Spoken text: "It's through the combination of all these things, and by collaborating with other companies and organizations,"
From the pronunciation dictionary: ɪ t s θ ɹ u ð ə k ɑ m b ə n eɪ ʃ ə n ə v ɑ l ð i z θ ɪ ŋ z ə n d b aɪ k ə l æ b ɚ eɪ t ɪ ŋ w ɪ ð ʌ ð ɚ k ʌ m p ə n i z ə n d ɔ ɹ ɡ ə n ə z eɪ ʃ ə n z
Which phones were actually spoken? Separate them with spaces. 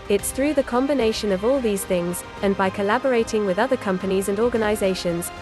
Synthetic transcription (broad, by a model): ɪ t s θ ɹ u ð ə k ɑ m b ə n eɪ ʃ ə n ə v ɑ l ð i z θ ɪ ŋ z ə n b aɪ k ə l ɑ b ɚ eɪ t ɪ ŋ w ɪ ð ʌ ð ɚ k ʌ m p ə n i z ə n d ɔ ɡ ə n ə z eɪ ʃ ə n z